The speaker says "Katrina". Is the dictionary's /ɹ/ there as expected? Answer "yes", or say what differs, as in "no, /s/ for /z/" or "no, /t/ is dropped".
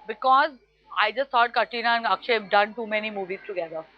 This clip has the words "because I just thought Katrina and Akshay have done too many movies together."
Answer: no, /ɹ/ is dropped